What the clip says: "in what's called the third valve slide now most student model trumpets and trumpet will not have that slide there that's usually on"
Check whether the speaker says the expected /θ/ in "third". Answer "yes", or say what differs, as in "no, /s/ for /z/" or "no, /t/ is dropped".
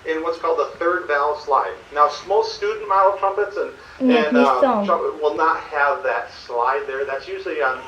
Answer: yes